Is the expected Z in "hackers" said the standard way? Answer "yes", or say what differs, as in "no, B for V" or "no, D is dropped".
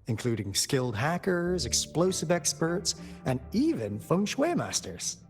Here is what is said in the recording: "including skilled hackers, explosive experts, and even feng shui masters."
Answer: yes